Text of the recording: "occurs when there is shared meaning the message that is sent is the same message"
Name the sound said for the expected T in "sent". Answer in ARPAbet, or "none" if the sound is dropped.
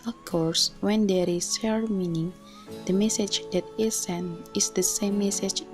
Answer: none